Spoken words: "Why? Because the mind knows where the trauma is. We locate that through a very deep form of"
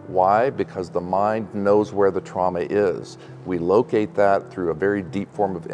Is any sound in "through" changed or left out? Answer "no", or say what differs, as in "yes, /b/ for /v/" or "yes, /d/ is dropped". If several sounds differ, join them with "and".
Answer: no